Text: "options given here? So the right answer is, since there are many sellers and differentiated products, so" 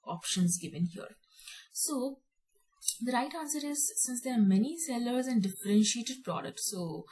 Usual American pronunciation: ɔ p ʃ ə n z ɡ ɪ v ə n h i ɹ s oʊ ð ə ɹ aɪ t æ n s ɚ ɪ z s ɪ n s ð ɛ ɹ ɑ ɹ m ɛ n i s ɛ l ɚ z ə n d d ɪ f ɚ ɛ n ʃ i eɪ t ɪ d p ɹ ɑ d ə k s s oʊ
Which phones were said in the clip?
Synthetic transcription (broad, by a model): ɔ p ʃ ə n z ɡ ɪ v ə n h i ɹ s oʊ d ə ɹ aɪ t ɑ n s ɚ ɪ z s ɪ n s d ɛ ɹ ɑ ɹ m ɛ n i s ɛ l ɚ z ə n d d ɪ f ɚ ɛ n ʃ i eɪ t ɪ d p ɹ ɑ d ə k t s oʊ